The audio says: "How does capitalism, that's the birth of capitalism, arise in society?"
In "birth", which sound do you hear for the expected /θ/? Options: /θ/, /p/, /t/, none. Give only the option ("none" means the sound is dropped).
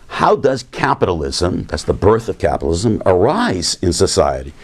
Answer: /θ/